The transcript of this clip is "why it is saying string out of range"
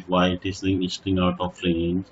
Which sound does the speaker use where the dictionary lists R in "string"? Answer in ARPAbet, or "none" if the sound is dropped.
none